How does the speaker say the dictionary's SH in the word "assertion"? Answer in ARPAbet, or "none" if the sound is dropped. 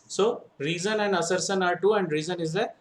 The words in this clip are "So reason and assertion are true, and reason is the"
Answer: S